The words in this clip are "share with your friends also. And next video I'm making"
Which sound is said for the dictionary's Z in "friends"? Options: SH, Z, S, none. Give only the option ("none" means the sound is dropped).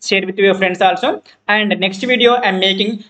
S